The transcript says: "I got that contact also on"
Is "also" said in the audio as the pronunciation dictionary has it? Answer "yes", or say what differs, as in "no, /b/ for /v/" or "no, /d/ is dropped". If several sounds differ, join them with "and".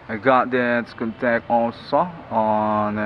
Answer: no, /n/ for /l/